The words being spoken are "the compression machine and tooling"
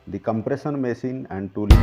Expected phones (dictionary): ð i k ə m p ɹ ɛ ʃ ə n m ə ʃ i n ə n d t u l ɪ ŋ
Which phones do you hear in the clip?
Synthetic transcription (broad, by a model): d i k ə m p ɹ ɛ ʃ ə n m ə s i n ə n d t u l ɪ